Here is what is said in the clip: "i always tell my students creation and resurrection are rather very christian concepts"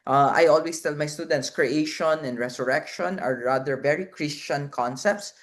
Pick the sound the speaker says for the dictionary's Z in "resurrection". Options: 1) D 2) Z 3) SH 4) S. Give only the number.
4